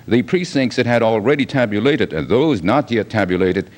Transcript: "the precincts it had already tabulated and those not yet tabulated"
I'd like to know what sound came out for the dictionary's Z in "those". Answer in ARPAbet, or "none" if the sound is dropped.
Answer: Z